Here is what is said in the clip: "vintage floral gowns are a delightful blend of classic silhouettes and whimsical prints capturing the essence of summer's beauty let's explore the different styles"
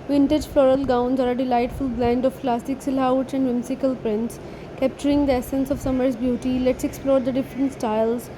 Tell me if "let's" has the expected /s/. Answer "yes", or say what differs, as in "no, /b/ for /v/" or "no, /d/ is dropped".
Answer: yes